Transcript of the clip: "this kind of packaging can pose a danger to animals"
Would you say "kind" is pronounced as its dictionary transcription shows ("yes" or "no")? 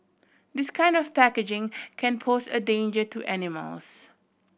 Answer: yes